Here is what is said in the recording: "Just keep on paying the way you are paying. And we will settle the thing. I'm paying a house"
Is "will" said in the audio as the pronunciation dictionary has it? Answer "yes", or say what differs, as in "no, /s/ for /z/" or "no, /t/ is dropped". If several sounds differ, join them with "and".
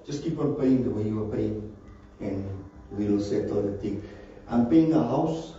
no, /n/ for /l/